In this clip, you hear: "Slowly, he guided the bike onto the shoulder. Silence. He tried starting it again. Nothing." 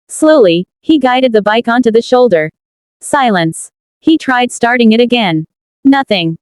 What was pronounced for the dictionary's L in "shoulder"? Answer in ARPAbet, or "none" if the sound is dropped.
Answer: L